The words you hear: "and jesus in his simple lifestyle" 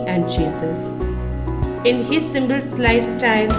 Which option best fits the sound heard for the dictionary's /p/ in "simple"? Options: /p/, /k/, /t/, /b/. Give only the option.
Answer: /b/